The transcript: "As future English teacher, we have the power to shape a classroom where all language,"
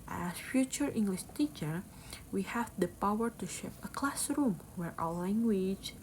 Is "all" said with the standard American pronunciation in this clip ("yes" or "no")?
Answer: no